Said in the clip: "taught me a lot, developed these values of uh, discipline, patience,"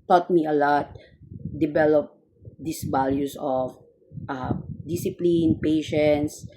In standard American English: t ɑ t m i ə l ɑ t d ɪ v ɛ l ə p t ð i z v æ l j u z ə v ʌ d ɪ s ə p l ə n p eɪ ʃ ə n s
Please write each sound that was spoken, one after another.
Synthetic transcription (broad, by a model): t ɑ t m i ə l ɑ t d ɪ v ɛ l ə p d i s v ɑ l j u s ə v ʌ d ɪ s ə p l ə n p eɪ ʃ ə n s